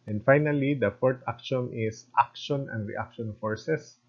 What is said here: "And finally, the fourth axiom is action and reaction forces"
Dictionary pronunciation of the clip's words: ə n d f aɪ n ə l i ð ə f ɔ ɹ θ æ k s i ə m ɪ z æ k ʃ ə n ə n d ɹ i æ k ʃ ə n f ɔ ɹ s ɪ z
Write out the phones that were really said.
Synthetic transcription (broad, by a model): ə n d f aɪ n ə l i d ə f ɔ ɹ t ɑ k ʃ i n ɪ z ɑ k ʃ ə n ə n d ɹ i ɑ k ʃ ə n f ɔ ɹ s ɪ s